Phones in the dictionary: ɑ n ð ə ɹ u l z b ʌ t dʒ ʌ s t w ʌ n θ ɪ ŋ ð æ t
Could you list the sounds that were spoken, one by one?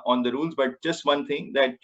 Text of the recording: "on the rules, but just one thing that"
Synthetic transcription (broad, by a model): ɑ n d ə ɹ u l z b ʌ t dʒ ʌ s t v ʌ n t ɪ ŋ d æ t